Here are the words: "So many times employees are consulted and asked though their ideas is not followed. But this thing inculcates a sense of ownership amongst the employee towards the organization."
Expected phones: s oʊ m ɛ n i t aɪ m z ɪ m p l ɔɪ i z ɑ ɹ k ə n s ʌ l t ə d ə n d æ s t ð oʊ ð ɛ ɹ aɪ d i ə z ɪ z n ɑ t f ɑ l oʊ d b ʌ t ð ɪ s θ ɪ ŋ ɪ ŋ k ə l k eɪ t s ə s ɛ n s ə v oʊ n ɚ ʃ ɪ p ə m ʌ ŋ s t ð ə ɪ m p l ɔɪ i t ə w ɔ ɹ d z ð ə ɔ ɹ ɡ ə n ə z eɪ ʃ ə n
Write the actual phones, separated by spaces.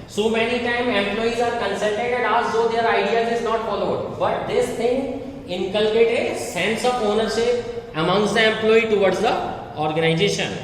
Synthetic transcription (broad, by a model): s oʊ m ɛ n i t aɪ m ɪ m p l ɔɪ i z ɑ ɹ k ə n s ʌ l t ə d ə n d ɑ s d oʊ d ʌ ɹ aɪ d i ə z ɪ z n ɑ t f ɑ l oʊ d b ʌ t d ɪ s t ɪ ŋ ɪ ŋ k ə l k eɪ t ə s ɛ n s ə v oʊ n ɚ ʃ ɪ p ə m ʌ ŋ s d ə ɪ m p l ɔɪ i t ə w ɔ ɹ d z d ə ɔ ɹ ɡ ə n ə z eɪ ʃ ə n